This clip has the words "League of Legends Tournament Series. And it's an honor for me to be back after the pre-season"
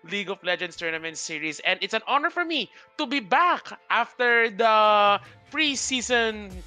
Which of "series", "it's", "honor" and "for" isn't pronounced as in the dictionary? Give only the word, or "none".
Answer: series